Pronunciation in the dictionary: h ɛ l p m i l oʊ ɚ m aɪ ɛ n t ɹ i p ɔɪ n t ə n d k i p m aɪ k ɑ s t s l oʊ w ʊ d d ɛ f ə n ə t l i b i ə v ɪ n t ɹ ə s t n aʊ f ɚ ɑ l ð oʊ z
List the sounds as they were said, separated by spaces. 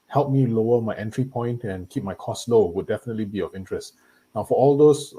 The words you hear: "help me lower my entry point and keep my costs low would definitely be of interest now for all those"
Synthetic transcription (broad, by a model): h ɛ l p m i l oʊ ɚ m aɪ ɛ n t ɹ i p ɔɪ n t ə n k i p m aɪ k ɑ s s l oʊ w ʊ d d ɛ f ə n ə t l i b i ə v ɪ n t ɹ ə s t n aʊ f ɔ ɑ l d oʊ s